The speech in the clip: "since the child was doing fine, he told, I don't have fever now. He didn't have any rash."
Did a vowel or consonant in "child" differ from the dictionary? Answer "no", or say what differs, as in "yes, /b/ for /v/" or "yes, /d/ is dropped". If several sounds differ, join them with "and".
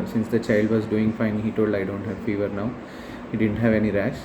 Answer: no